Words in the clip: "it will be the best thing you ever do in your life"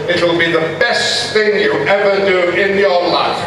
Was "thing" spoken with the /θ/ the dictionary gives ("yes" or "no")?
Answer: yes